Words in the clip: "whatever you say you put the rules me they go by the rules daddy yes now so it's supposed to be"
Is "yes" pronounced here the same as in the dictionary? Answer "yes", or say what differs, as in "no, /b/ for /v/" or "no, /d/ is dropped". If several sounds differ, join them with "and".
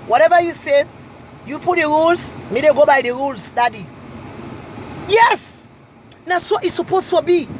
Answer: yes